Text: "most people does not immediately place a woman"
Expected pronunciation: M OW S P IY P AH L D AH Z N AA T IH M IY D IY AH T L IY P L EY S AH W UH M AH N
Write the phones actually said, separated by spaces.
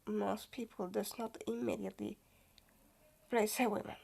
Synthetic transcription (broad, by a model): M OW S P IY P AH L D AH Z N AA T IH M IY D IY AH T L IY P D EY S AH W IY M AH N